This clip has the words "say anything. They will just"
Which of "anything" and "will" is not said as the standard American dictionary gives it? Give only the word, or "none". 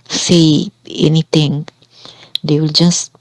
anything